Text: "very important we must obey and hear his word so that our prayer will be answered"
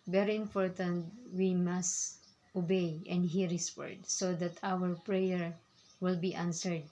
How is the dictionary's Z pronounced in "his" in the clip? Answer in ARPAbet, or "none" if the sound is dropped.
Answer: S